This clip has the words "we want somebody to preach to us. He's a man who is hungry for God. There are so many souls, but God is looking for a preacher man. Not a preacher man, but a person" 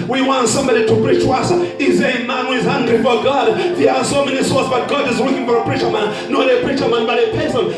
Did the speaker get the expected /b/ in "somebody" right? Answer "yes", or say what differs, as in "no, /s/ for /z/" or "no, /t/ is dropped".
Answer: yes